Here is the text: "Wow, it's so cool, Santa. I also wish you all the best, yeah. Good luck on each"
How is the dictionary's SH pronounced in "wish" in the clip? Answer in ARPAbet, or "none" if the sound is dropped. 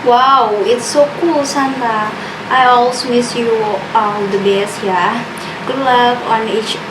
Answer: S